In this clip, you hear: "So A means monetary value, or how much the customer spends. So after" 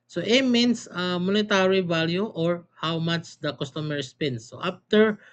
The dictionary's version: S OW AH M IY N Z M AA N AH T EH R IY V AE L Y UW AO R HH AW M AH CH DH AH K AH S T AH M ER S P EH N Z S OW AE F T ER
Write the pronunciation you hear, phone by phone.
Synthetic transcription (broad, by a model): S OW AH M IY N S M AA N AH T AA R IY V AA L Y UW AO R HH AW M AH CH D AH K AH S T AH M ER S P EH N S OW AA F T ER